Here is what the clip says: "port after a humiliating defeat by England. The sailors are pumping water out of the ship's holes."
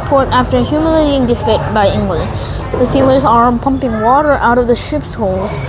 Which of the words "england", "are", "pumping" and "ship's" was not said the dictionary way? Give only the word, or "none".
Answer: none